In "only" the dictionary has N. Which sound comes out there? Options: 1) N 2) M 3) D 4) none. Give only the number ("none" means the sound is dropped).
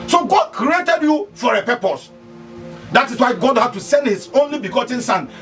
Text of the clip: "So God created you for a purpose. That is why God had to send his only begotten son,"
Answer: 1